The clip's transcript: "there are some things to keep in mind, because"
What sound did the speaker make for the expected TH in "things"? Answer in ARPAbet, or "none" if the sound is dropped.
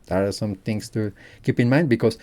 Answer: T